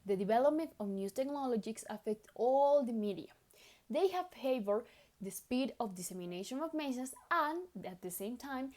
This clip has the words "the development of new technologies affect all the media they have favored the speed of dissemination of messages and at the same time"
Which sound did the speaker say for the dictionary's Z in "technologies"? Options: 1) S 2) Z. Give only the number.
1